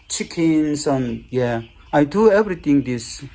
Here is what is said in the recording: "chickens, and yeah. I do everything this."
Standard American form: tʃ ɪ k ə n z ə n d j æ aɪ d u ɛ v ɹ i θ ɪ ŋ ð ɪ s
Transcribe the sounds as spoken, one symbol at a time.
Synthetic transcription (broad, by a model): tʃ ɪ k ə n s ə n j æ aɪ d u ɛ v ɹ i t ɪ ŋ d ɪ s